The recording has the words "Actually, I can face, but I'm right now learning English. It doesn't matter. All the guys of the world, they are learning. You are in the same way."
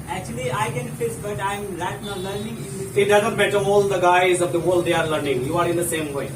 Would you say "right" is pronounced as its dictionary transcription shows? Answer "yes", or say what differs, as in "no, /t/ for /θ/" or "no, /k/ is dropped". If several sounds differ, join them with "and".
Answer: no, /l/ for /ɹ/